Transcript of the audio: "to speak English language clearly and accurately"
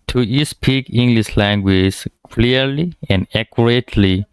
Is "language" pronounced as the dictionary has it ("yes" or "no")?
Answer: no